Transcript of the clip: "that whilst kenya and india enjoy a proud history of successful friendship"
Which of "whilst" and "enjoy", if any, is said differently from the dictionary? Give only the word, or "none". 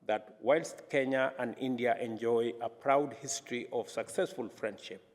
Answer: none